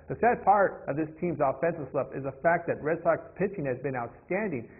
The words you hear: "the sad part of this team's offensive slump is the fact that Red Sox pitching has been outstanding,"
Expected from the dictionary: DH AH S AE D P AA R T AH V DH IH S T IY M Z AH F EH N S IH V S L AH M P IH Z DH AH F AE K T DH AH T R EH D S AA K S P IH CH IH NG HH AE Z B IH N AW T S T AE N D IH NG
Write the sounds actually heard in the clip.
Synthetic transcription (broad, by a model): DH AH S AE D P AA R T AH V DH IH S T IY M Z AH F EH N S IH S L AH P IH Z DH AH F AE K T DH AH T R EH D S AA K S P IH CH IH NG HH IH Z B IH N AW T S T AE N D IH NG